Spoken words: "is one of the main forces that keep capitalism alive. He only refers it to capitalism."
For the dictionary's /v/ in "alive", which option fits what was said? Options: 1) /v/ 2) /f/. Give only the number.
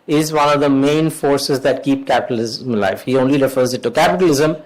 2